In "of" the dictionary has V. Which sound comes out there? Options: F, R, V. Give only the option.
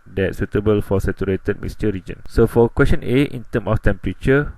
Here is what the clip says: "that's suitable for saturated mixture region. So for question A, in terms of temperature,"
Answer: F